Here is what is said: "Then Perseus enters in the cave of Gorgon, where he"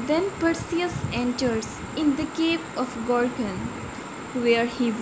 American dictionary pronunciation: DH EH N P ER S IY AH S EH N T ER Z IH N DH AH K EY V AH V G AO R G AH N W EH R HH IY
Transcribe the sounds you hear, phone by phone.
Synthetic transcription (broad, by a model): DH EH N P ER S IY AH S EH N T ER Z IH N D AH K EY P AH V G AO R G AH N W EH R HH IY